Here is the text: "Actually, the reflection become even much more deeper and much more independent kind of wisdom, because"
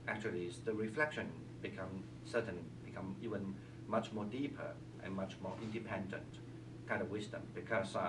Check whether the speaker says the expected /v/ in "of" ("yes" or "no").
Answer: yes